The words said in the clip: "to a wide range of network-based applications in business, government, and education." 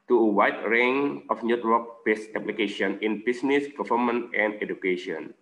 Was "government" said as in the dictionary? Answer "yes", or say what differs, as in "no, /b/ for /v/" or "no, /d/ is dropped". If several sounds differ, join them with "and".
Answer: no, /f/ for /v/